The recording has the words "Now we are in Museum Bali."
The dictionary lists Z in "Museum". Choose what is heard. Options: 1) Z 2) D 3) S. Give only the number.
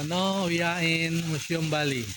3